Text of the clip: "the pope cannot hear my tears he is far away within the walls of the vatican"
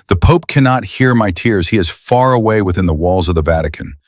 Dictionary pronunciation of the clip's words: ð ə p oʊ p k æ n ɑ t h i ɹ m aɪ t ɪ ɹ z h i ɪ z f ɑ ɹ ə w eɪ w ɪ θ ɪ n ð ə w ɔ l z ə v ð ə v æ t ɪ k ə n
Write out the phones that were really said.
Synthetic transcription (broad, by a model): ð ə p oʊ p k æ n ɑ t h i ɹ m aɪ t ɪ ɹ z h i ɪ z f ɑ ɹ ə w eɪ w ɪ θ ɪ n ð ə w ɔ l z ə v ð ə v æ t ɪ k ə n